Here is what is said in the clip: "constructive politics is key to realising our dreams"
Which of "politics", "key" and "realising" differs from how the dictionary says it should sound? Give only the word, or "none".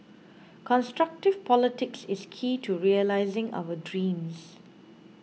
none